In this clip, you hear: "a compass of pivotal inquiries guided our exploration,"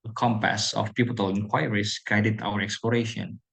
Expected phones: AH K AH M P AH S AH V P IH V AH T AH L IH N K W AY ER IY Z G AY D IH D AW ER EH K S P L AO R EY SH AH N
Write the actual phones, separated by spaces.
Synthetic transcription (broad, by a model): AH K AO M P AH S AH F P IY P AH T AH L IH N K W AY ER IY S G AY D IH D AW ER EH K S P L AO R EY SH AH N